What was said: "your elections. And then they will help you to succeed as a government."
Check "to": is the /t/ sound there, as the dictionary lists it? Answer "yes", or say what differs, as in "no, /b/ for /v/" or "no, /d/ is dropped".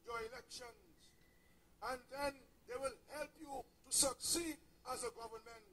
yes